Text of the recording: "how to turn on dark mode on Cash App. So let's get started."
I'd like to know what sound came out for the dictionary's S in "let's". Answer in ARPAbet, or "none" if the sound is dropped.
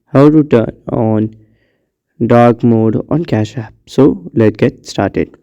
none